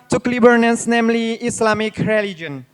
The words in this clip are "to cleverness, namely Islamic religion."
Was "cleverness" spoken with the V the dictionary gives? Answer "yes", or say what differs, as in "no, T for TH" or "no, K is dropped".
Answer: no, B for V